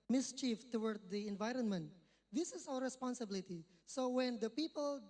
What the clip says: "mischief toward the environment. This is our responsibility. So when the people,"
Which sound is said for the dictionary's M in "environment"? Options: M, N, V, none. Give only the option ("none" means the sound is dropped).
M